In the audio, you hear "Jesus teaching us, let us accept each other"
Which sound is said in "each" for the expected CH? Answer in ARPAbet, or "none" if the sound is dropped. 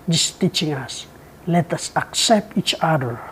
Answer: CH